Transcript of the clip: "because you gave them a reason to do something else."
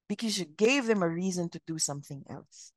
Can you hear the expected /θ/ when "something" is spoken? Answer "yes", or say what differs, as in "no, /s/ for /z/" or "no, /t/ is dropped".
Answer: yes